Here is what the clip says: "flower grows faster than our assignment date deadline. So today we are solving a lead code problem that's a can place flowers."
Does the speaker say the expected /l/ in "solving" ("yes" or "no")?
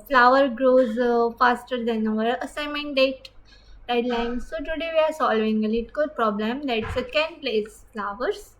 yes